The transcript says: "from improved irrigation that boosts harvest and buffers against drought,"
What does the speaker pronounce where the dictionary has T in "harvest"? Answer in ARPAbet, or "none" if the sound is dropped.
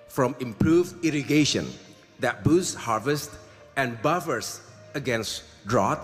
T